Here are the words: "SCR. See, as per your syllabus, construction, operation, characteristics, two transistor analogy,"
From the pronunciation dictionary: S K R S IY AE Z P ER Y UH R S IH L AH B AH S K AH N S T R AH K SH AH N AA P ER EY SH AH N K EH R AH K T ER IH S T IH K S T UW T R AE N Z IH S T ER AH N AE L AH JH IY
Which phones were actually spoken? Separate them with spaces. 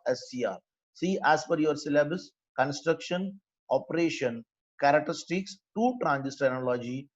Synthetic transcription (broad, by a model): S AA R S IY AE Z F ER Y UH R S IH L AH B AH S K AH N S T R AH K SH AH N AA P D EY SH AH N K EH R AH K T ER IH S T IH K S T UW T R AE N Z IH S T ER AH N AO L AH JH IY